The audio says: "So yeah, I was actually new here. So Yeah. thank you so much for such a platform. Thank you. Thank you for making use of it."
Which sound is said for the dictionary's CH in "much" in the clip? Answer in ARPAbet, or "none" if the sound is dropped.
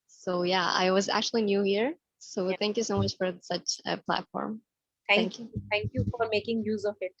CH